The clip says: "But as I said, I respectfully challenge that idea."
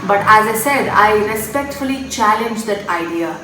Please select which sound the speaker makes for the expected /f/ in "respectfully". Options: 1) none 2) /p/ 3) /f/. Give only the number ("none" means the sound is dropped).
3